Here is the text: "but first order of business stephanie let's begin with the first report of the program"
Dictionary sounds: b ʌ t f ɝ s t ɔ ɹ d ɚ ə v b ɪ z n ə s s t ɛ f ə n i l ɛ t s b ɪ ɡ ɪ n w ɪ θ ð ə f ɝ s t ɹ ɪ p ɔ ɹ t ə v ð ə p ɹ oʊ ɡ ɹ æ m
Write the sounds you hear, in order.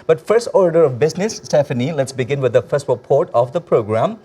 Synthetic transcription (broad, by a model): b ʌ t f ɝ s t ɔ ɹ d ɚ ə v b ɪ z n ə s s t ɛ f ə n i l ɛ t s b ɪ ɡ ɪ n w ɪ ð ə f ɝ s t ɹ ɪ p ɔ ɹ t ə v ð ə p ɹ oʊ ɡ ɹ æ m